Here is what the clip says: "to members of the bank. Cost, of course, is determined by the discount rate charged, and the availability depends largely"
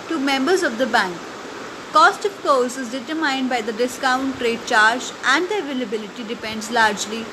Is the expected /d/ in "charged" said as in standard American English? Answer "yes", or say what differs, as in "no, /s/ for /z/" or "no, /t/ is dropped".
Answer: no, /d/ is dropped